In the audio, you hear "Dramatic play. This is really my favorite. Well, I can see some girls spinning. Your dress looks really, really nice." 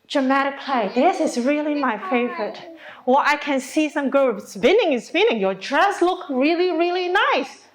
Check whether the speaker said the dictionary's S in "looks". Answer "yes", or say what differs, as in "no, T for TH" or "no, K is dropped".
no, S is dropped